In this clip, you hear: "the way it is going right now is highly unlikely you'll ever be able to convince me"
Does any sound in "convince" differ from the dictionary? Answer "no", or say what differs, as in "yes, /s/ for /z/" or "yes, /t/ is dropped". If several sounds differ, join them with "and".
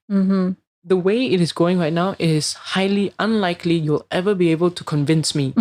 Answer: no